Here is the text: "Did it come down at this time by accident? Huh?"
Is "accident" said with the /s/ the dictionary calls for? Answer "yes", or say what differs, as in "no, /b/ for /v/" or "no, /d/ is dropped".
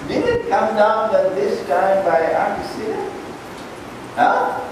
no, /s/ is dropped